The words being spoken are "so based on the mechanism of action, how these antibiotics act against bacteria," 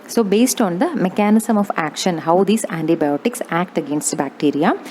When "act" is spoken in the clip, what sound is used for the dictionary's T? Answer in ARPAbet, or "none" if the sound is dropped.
T